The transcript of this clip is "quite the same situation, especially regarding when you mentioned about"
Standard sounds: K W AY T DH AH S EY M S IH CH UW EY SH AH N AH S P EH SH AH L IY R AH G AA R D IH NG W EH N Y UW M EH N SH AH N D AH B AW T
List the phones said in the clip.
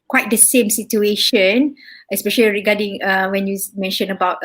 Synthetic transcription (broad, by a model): K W AY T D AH S EY M S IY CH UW EY SH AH N AH S P EH SH AH L IY R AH G AA D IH NG W EH N Y UW M EH N SH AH N AH B AW T